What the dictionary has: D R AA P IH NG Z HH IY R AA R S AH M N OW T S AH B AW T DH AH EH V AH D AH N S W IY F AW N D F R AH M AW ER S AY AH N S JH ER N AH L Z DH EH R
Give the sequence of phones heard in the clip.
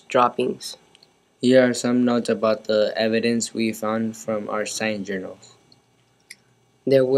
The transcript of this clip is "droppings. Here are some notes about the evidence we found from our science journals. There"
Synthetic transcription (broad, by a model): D R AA P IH NG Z HH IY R AA R S AH M N OW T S AH B AW T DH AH EH V AH D AH N S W IY F AW N D F R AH M AW ER S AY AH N JH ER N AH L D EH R